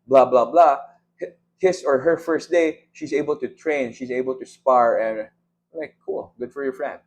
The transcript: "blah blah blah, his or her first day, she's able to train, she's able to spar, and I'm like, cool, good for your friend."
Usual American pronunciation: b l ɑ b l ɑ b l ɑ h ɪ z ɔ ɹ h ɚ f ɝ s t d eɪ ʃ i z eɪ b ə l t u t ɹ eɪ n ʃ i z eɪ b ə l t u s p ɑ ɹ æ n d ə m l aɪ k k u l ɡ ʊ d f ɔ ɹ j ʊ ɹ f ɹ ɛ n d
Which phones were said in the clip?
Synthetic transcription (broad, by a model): b l ɑ b l ɑ b l ɑ h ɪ s ɔ ɹ h ɚ f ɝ s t d eɪ ʃ i z eɪ b ə l t u t ɹ eɪ n ʃ i z eɪ b ə l t u s p ɑ ɹ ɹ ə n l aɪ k k u l ɡ ʊ d f ɔ ɹ j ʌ ɹ f ɹ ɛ n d